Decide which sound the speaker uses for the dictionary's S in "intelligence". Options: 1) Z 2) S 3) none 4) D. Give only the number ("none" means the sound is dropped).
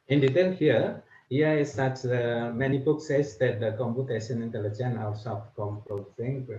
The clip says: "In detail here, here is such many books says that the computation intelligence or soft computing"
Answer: 3